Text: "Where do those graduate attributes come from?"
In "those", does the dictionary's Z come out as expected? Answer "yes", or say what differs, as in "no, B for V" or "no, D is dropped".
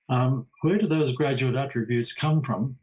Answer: yes